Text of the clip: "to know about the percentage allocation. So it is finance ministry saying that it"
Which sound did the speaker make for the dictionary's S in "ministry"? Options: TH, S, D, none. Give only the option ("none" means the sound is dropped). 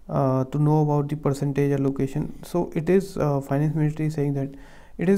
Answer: none